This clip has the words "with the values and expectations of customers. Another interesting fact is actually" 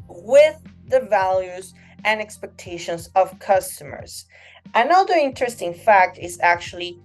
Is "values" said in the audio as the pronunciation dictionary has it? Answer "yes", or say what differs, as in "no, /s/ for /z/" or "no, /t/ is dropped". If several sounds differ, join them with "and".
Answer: yes